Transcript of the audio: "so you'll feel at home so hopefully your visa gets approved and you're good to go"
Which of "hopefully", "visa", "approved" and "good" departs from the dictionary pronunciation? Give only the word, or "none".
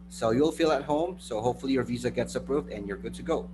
none